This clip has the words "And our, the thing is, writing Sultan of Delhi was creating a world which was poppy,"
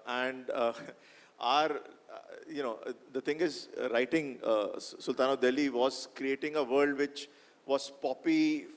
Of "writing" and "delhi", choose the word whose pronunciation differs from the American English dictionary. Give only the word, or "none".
none